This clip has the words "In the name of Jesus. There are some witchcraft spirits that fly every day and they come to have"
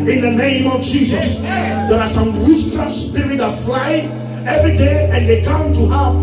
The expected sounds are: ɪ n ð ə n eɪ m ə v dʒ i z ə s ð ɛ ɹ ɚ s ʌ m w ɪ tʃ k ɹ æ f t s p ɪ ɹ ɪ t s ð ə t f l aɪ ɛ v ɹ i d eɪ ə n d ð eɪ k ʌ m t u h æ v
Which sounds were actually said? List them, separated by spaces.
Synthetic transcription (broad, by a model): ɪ n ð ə n eɪ m ə v dʒ i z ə s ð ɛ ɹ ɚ s ʌ m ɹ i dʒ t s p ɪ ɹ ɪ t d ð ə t f l aɪ ɛ v ɹ i d eɪ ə n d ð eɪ k ʌ m t u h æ